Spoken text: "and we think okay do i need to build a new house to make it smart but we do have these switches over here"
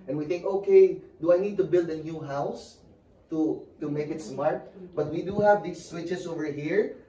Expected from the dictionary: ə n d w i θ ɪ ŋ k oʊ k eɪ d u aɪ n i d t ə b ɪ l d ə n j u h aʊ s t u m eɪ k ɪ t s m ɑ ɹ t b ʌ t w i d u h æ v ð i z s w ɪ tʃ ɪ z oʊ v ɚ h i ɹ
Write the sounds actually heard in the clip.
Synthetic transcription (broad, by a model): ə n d w i θ ɪ ŋ k oʊ k eɪ d u aɪ n i d t ə b ɪ l d ə n j u h aʊ s t u m eɪ k ɪ t s m ɑ ɹ t b ʌ t w i d u h æ v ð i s w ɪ tʃ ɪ s oʊ v ɚ h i ɹ